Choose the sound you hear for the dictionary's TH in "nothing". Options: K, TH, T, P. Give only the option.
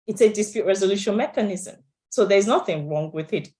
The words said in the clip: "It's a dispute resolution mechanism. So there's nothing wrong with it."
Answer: TH